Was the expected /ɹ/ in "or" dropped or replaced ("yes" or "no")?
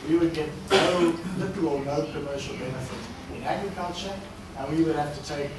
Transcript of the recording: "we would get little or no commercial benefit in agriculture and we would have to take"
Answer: yes